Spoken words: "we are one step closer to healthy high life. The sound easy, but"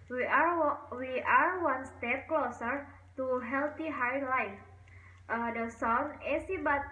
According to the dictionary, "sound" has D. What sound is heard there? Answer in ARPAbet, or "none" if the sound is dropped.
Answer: none